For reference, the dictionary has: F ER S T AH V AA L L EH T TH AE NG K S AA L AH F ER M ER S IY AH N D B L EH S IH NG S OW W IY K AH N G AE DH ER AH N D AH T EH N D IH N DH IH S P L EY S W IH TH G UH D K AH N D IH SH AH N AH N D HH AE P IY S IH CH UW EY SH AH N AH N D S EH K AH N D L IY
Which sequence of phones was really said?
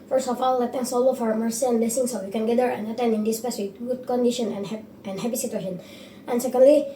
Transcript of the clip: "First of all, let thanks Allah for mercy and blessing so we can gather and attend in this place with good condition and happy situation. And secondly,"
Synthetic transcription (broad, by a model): F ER S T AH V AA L L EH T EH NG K S AA L AH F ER M ER S IY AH N B L EH S IH NG S OW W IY K AH N G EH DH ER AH N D AH T EH N D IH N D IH S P EY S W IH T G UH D K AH N D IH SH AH N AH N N HH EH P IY S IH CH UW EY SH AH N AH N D S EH K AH N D L IY